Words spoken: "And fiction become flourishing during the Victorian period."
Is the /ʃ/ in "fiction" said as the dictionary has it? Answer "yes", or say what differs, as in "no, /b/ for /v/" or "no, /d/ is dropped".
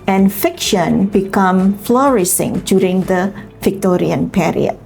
yes